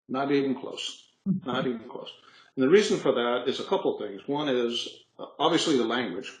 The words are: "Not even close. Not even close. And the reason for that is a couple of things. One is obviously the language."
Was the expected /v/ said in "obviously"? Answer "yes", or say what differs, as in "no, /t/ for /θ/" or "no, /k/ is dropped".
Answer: yes